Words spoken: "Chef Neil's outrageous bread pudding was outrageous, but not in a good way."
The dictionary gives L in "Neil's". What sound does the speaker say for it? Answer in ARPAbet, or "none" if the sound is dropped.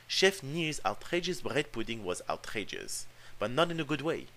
none